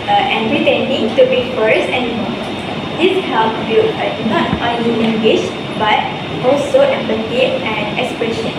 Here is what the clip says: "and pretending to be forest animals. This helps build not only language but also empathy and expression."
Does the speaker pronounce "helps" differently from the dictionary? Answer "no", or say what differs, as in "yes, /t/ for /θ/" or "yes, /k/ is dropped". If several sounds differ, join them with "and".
yes, /s/ is dropped